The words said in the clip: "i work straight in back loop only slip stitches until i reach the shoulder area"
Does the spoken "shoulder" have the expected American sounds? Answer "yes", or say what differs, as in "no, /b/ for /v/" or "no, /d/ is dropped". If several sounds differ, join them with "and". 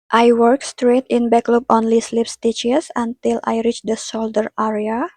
no, /s/ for /ʃ/